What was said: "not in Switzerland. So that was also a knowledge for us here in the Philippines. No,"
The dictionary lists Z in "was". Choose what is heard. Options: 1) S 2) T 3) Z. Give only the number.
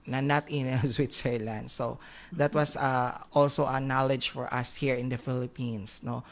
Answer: 1